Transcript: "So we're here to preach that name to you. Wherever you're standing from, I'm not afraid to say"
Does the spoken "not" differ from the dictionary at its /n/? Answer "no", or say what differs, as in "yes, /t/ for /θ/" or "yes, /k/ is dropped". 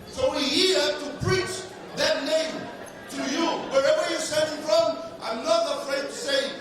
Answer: no